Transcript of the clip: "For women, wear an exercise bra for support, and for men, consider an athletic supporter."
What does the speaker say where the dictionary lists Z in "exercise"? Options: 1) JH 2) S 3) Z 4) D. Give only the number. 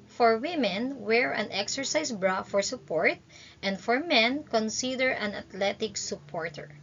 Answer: 2